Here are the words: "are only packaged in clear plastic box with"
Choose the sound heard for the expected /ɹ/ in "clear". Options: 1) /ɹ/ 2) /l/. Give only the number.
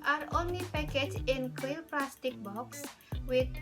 2